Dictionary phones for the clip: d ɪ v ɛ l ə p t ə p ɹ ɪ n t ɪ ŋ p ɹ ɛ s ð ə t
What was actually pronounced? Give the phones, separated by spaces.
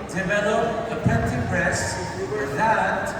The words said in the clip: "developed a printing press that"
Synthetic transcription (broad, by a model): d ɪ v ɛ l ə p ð ə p ɛ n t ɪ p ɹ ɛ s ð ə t